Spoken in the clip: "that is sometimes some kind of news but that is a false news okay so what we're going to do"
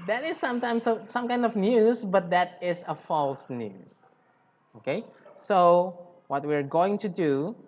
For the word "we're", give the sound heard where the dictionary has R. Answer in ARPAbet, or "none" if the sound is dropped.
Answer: R